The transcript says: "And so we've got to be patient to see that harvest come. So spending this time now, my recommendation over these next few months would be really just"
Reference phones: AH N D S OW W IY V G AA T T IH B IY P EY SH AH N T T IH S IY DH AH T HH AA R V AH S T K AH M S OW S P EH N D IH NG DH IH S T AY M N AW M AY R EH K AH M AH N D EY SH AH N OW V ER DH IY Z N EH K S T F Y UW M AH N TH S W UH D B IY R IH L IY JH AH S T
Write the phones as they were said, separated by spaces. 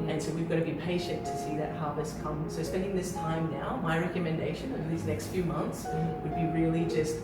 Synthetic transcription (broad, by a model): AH N S OW W IY V G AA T T IH B IY P EY SH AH N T T IH S IY DH AH T HH AA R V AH S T K AH M S OW S P EH N D IH NG DH IH S T AY M N AW M AY R EH K AH M AH N D EY SH AH N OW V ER DH IY Z N EH K S T F Y UW M AH N TH S W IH D B IY R IH L IY JH AH S T